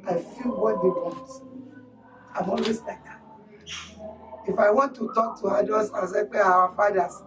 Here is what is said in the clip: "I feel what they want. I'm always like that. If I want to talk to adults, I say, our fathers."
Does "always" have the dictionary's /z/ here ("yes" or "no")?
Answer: no